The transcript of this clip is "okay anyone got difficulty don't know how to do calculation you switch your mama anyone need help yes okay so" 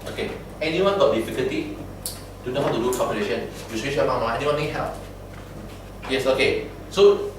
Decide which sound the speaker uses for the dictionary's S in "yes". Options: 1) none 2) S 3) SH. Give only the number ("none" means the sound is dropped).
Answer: 2